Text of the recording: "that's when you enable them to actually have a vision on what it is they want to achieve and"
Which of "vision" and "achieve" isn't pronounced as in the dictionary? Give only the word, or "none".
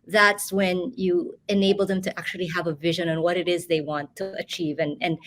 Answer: none